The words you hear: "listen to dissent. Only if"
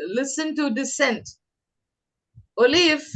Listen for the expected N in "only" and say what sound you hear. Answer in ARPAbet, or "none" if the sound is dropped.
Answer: none